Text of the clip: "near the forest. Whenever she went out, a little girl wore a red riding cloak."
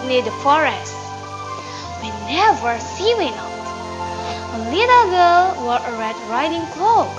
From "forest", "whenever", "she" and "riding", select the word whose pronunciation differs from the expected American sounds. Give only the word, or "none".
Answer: she